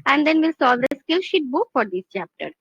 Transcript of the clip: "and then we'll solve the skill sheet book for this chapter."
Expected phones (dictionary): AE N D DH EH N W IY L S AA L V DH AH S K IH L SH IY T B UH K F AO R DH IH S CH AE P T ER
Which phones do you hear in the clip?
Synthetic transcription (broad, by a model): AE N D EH N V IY L S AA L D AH S K IH L SH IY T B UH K F AO R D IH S CH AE P T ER